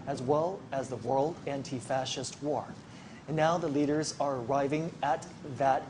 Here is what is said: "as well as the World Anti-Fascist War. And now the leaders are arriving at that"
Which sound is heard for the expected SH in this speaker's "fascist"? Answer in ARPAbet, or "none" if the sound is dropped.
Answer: SH